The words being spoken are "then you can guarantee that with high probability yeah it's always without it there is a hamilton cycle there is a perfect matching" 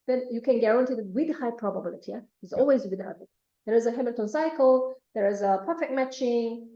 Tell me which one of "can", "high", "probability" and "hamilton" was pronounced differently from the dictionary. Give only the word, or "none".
hamilton